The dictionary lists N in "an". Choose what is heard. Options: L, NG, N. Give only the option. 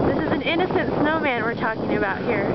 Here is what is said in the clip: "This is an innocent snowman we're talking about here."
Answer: N